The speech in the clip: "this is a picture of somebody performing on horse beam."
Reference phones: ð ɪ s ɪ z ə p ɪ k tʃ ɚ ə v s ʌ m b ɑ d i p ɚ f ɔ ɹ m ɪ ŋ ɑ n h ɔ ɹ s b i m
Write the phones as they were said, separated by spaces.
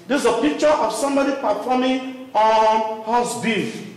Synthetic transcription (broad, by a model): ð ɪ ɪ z ə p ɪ k tʃ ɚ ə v s ʌ m b ɑ d i p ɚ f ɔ m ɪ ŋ ɑ n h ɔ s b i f